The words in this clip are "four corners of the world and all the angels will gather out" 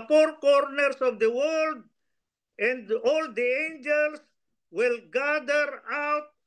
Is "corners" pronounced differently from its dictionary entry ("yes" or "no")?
yes